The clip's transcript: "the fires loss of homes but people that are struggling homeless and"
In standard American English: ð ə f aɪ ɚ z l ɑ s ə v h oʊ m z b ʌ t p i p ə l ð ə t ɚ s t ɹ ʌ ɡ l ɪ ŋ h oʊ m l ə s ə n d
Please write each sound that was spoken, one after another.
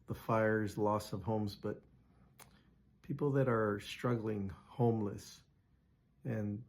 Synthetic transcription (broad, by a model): ð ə f aɪ ɚ z l ɑ s ə v h oʊ m z b ʌ t p i p l ð ə t ɚ s t ɹ ʌ ɡ l ɪ ŋ h oʊ m l ə s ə n